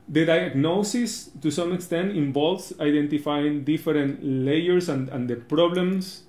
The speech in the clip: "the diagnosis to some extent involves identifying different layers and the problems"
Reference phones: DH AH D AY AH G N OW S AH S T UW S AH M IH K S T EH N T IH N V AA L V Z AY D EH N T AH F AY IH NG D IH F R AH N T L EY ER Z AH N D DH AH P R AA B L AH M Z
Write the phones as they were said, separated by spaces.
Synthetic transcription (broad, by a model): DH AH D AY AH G N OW S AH S T UW S AH M IH K S T EH N T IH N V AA L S AY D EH N T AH F AY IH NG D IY F R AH N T L EY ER S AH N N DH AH P R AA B L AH M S